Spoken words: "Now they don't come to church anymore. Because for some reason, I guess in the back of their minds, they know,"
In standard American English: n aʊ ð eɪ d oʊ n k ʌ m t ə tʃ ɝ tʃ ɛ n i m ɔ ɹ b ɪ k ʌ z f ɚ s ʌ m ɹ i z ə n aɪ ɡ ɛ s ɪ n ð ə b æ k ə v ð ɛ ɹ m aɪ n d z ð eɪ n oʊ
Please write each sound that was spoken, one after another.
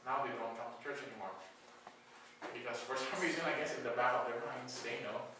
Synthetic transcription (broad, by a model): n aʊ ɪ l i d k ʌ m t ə tʃ ɝ tʃ ɛ n i m ɔ ɹ b ɪ k ʌ z f ɚ s ʌ m ɹ i z ə n aɪ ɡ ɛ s ɪ n ð ə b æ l ə v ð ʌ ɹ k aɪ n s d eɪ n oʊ